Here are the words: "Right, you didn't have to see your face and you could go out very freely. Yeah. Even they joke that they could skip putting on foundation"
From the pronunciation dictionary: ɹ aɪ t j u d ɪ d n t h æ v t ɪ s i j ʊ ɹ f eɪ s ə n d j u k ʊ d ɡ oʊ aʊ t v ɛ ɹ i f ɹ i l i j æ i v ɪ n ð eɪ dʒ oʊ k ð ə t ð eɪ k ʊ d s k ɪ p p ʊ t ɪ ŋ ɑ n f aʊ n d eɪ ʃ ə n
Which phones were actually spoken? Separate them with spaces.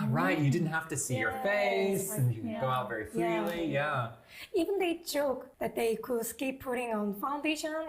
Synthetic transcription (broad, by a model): ɹ aɪ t j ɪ d ɪ d n t h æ f t ɪ s i j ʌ ɹ f eɪ s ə n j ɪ ɡ oʊ aʊ t v ɛ ɹ i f l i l i j æ i v ɪ n ð eɪ dʒ oʊ k ð ə t ð eɪ k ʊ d s k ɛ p p ʊ t ɪ ŋ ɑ n f aʊ n d eɪ ʃ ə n